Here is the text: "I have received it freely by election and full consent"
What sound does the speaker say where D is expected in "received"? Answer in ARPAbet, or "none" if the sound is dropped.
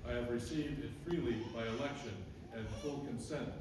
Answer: D